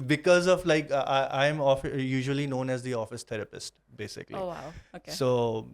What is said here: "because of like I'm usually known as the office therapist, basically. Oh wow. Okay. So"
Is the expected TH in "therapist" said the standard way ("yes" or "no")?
no